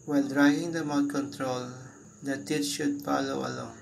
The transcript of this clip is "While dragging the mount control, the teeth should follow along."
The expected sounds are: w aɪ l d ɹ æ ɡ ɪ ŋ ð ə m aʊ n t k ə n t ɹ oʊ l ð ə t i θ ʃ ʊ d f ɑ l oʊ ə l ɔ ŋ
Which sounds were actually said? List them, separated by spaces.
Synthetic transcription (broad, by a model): w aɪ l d ɹ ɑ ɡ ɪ ŋ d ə m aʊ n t k ə n t ɹ oʊ l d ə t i t ʃ ʊ d f ɑ l oʊ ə l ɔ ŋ